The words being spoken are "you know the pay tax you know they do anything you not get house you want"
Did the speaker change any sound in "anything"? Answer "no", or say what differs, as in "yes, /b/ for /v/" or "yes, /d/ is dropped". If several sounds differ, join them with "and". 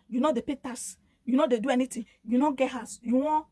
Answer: yes, /t/ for /θ/